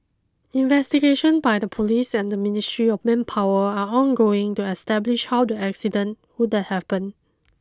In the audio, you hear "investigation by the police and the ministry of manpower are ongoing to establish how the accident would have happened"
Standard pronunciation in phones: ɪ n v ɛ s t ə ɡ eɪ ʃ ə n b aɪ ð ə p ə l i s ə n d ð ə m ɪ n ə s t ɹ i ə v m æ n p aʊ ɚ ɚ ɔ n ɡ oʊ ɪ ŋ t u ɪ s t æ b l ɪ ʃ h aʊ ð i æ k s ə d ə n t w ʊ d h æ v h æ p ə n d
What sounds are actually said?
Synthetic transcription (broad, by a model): ɪ n v ɛ s t ə ɡ eɪ ʃ ə n b aɪ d ə p ə l i s ə n d ə m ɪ n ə s t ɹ i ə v m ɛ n p aʊ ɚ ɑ ɔ n ɡ oʊ ɪ ŋ t u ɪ s t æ b l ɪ ʃ h aʊ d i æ k s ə d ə n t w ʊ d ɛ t h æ p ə n